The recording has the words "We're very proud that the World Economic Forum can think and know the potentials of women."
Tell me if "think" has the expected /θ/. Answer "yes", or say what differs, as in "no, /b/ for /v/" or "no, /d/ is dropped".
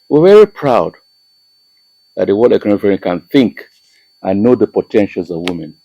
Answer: yes